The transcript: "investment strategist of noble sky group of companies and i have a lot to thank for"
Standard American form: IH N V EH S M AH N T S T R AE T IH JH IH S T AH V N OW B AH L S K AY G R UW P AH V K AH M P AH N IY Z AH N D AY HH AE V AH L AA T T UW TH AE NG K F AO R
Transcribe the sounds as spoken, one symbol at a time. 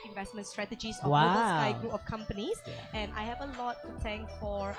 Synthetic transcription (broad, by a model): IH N V EH S M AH N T S T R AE T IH JH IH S AH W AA AH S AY G R UW P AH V K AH M P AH N IY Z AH N AY HH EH V AH L AA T T UW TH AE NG K F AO R